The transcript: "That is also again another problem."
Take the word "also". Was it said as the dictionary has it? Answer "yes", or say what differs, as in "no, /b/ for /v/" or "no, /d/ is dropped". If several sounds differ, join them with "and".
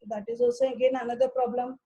no, /l/ is dropped